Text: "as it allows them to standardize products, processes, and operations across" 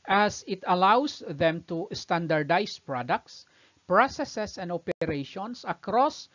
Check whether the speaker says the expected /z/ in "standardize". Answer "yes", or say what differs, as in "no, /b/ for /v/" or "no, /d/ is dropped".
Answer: no, /s/ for /z/